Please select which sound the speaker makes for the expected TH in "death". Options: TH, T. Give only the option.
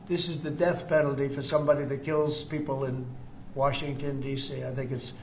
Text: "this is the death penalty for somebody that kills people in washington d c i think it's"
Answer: TH